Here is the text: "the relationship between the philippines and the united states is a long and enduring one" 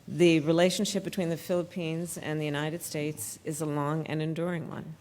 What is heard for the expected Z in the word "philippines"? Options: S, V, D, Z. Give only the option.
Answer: Z